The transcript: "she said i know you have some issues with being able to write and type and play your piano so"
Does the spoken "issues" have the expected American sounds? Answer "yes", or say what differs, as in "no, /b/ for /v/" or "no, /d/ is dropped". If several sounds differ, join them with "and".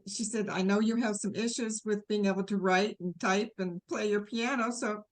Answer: yes